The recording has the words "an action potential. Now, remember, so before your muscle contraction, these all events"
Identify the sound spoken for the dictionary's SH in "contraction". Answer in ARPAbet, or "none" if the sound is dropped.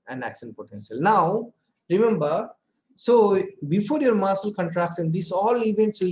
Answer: S